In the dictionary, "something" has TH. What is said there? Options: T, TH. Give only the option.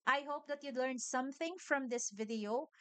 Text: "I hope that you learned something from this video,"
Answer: TH